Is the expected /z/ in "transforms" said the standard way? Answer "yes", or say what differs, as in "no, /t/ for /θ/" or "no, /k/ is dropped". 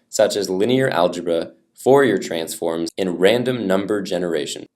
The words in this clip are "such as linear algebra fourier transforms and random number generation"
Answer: yes